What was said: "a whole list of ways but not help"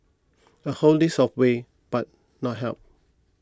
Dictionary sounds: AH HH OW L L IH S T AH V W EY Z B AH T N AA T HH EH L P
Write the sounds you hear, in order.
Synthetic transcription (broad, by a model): AH HH OW L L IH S AH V W EY B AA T N AA T HH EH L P